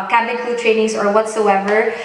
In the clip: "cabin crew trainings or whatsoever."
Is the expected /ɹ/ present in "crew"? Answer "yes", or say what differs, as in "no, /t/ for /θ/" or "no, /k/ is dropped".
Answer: no, /l/ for /ɹ/